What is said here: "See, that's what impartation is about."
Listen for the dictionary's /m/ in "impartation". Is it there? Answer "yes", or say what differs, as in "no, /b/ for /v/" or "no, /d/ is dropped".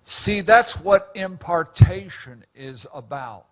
yes